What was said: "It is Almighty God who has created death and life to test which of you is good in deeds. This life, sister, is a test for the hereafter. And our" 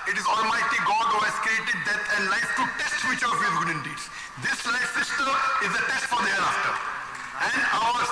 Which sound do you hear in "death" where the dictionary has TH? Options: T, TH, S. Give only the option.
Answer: T